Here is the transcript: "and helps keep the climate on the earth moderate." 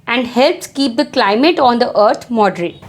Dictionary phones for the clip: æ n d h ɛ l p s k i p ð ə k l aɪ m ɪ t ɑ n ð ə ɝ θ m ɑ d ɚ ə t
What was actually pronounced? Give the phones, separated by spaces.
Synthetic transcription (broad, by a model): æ n d h ɛ l p s k i p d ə k l aɪ m ɪ t ɑ n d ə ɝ t m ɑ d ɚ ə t